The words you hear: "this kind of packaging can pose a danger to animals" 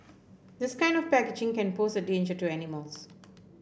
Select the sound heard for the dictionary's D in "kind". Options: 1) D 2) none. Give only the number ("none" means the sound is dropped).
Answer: 1